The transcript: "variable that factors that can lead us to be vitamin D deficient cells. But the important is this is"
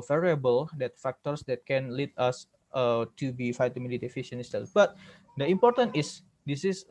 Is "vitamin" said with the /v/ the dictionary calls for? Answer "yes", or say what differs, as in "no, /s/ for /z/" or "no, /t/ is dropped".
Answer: no, /f/ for /v/